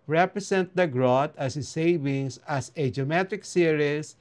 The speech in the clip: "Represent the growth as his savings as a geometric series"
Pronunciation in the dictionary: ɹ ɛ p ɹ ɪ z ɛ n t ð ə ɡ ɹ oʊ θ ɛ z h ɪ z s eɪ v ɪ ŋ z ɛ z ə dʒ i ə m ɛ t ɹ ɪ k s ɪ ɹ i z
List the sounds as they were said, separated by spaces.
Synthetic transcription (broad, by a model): ɹ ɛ p ɹ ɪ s ɛ n t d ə ɡ ɹ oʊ t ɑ s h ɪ s eɪ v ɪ ŋ s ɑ s ə dʒ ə m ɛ t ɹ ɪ k s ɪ ɹ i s